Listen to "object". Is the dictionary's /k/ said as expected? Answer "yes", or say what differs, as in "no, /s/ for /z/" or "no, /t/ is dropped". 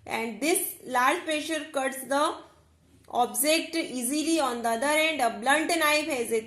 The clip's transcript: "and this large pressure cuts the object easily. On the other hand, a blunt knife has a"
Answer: yes